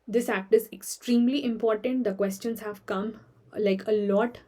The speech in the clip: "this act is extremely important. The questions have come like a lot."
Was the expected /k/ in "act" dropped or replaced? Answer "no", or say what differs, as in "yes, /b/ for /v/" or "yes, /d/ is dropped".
no